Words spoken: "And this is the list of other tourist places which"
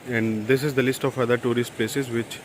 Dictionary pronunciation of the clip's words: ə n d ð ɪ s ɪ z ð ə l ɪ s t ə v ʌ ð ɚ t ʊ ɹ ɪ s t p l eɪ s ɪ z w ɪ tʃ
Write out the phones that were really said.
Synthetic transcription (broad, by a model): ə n d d ɪ s ɪ z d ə l ɪ s t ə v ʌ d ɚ t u ɹ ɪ s t p l eɪ s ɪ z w ɪ tʃ